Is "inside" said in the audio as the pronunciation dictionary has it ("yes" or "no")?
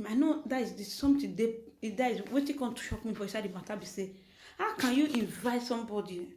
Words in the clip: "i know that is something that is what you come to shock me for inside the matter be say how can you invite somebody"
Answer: no